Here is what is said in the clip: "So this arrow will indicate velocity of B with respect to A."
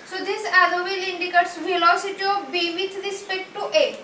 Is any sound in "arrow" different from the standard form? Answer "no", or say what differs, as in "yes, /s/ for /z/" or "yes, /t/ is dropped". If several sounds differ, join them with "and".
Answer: yes, /l/ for /ɹ/